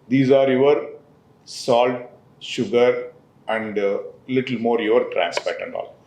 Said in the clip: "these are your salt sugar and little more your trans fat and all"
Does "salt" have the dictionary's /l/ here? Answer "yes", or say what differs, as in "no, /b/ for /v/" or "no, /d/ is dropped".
yes